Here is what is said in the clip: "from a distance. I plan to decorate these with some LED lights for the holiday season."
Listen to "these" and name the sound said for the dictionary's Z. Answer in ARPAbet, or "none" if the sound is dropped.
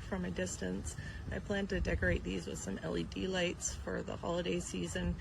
Z